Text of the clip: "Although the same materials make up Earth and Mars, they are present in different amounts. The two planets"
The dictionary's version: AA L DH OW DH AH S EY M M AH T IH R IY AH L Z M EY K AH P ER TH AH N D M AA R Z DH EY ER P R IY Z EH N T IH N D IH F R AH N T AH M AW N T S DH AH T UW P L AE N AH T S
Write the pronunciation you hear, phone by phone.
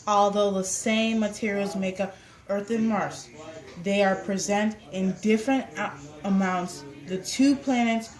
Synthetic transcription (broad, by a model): AA L DH OW DH AH S EY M M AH T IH R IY L Z M EY K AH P ER TH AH N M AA R S DH EY ER P R IY Z EH N T IH N D IH F R AH N T AH M AW N T S DH AH T UW P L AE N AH T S